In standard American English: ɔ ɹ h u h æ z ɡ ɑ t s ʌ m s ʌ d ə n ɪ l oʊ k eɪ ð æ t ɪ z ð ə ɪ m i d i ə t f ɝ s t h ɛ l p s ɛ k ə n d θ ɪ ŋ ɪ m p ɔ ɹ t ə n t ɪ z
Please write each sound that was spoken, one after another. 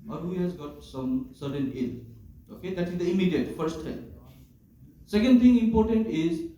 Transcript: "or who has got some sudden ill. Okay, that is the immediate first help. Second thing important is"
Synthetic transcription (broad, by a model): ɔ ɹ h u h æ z ɡ ɑ t s ʌ m s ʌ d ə n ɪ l oʊ k eɪ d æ t ɪ z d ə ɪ m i d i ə t f ɝ s t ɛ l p s ɛ k ə n d t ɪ ŋ ɪ m p ɔ ɹ t ə n t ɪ z